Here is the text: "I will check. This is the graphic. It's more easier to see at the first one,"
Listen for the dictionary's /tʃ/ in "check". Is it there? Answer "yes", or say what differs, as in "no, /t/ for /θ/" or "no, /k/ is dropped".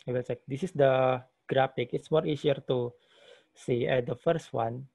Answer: no, /s/ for /tʃ/